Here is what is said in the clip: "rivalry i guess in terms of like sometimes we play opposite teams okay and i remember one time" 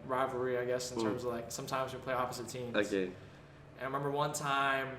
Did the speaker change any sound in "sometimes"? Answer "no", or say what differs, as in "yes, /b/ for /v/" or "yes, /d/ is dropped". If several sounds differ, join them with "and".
no